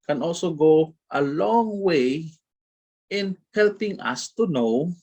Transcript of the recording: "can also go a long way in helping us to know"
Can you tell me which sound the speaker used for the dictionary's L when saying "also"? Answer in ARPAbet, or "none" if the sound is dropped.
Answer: L